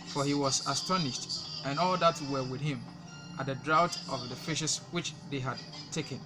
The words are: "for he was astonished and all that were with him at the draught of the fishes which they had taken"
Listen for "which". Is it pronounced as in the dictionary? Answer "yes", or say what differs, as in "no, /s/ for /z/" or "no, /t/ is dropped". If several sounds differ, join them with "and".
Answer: yes